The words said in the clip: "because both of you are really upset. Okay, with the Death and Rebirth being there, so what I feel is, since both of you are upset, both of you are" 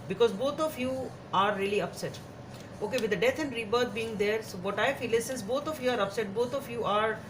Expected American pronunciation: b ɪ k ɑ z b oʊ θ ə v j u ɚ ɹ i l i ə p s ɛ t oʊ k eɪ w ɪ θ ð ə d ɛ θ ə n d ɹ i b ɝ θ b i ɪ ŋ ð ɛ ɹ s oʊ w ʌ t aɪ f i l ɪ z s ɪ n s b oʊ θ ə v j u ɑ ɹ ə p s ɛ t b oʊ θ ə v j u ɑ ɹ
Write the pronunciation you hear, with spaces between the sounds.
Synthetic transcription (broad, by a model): b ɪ k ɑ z b oʊ t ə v j u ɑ ɹ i l i ə p s ɛ t oʊ k eɪ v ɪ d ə d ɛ t ə n d ɹ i b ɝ t b i ɪ ŋ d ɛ ɹ s oʊ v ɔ t aɪ f i l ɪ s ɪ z b oʊ t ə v j u ɑ ɹ ə p s ɛ t b oʊ t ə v j u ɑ ɹ